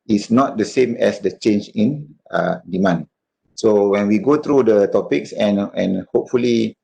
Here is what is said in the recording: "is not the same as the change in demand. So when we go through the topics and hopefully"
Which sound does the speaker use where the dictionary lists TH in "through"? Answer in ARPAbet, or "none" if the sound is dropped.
T